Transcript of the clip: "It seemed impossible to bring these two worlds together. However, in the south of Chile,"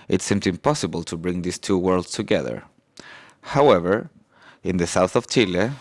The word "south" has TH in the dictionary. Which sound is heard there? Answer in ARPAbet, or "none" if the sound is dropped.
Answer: TH